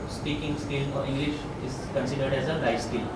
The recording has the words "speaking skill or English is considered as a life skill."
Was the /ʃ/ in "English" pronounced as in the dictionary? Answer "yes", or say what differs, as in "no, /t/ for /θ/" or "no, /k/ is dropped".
yes